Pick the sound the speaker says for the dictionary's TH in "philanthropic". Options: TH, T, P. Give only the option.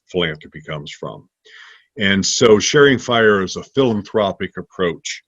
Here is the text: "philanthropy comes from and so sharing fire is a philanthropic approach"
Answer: TH